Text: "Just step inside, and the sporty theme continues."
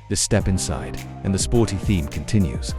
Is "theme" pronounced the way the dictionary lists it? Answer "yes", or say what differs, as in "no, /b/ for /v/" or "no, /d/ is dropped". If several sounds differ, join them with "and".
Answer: yes